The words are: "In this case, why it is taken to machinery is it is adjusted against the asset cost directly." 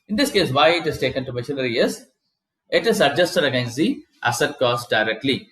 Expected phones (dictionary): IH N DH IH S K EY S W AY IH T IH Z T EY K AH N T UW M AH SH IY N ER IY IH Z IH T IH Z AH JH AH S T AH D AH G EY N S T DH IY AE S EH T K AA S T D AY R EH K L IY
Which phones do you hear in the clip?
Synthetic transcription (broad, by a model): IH N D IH S K EY S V AY IH T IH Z T EY K AH N T UW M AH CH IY L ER IY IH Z IH T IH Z AH JH AH S T AH D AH G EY N S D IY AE S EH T K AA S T D AY R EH K L IY